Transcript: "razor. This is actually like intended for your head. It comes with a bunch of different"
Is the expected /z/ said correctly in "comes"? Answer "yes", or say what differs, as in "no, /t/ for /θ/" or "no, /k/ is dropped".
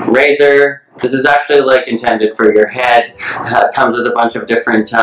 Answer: yes